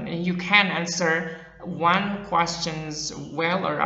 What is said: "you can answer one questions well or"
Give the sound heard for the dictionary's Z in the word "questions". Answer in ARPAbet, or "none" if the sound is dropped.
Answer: Z